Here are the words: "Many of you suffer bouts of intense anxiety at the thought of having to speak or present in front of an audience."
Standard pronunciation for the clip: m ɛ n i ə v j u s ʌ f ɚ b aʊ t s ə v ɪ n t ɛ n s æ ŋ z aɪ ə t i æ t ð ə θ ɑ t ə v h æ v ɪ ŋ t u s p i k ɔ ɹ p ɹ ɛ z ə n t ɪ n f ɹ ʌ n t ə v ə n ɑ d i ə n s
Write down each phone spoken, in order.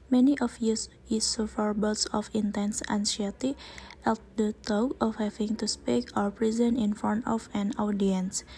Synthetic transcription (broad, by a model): m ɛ n i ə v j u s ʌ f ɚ b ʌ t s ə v ɪ n t ɛ n s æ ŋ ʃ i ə t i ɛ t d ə t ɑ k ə f h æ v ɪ ŋ t u s p i k ɔ ɹ p ɹ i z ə n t ɪ n f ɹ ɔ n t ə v ə n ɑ d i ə n s